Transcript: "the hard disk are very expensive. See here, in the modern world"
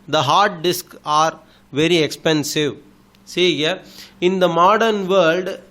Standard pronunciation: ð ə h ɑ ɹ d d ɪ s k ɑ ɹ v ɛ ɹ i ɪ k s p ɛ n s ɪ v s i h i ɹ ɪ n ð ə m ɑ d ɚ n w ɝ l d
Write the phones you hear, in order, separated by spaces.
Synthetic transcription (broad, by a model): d ə h ɑ ɹ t d ɪ s k ɑ ɹ v ɛ ɹ i ɪ k s p ɛ n s ɪ v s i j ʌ ɪ n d ə m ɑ d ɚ n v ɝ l d